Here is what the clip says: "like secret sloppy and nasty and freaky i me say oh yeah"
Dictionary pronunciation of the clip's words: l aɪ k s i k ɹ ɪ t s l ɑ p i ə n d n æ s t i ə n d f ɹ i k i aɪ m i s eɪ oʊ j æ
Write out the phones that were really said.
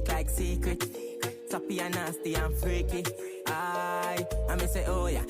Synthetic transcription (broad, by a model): l aɪ k s i k ɹ ɪ t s ɑ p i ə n n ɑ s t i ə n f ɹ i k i aɪ m i s eɪ oʊ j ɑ